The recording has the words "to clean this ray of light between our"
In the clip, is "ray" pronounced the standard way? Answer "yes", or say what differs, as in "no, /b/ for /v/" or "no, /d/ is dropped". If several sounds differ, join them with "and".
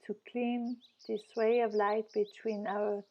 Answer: no, /w/ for /ɹ/